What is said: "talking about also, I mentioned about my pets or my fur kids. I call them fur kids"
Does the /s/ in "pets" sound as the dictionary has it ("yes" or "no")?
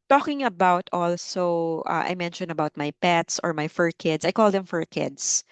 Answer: yes